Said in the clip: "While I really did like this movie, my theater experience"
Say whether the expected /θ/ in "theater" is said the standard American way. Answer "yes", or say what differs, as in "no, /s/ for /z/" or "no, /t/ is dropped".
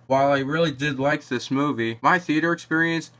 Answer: yes